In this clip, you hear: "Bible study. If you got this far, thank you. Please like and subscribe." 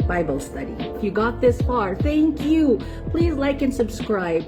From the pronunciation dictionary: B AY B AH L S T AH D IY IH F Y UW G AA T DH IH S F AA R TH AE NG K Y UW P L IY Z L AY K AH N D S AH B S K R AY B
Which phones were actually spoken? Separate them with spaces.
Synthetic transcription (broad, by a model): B AY B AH L S T AH D IY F Y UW G AA T DH IH S F AA R TH AE NG K Y UW P L IY Z L AY K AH N S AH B S K R AY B